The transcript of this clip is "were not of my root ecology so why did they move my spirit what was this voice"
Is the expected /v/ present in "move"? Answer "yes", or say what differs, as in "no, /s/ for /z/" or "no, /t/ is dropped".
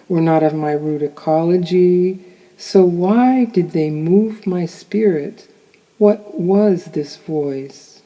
yes